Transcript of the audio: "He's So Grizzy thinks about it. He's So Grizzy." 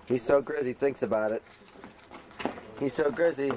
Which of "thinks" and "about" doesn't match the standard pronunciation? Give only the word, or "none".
none